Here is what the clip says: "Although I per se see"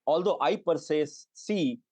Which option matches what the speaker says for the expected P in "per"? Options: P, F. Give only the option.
P